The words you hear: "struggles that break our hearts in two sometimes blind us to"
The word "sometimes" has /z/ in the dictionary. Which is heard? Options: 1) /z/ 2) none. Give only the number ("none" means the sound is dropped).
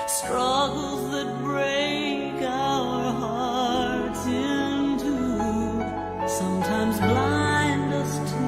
1